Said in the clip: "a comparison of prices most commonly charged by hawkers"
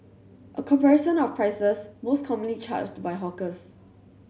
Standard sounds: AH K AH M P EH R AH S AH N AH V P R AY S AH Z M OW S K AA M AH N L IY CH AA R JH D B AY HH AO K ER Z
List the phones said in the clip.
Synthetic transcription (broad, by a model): AH K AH M P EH R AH SH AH N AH F P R AY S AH S M OW S K AA M AH N L IY CH AA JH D B AY HH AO K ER S